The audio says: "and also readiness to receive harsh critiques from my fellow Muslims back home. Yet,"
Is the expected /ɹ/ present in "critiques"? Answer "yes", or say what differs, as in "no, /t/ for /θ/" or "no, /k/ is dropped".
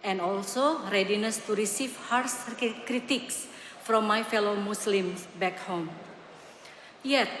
yes